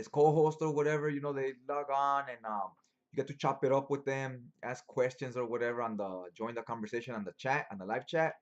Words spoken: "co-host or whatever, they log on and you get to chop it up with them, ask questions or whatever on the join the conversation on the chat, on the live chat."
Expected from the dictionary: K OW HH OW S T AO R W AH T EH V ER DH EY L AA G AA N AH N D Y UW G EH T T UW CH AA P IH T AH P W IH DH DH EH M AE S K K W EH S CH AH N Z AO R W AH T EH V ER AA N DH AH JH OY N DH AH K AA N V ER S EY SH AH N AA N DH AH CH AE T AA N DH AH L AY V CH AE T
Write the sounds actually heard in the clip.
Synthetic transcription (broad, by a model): K OW HH OW S T AO R W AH T EH V ER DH EY L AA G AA N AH N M Y UW G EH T T UW CH AA P IH T AH P W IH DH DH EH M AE S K K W EH S CH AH N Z AO R W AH T EH V ER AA N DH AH JH OY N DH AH K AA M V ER S EY SH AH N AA N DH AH CH AE T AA N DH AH L AY V CH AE T